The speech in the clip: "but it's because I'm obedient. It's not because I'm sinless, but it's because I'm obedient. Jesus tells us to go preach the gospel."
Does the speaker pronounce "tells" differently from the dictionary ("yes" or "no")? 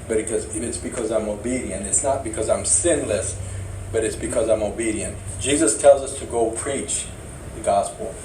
no